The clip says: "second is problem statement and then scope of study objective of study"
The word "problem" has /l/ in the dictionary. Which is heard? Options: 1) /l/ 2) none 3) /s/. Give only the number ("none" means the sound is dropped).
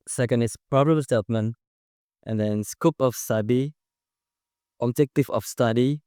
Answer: 2